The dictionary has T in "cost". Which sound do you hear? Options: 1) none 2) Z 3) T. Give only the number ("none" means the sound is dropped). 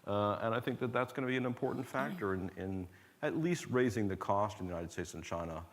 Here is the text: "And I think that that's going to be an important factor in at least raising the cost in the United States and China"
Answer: 3